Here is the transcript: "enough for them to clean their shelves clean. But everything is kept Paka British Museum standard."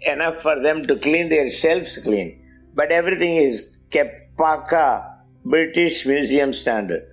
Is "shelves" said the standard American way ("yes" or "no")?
no